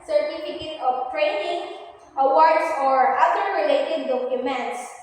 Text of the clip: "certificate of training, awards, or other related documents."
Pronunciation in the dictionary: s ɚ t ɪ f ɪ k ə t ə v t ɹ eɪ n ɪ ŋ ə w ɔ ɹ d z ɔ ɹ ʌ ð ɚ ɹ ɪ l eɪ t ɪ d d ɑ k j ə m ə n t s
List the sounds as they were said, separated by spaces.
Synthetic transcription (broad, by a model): s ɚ t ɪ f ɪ k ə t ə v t ɹ eɪ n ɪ ŋ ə w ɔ ɹ d s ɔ ɹ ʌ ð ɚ ɹ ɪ l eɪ t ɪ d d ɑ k j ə m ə n t s